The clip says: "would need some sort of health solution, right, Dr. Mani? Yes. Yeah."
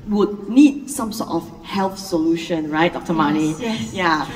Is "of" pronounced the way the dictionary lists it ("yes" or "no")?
no